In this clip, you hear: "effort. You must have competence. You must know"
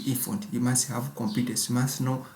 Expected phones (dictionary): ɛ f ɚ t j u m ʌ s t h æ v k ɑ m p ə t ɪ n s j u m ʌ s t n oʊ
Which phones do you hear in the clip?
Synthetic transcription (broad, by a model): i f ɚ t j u m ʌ s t h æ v k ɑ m p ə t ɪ s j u m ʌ s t n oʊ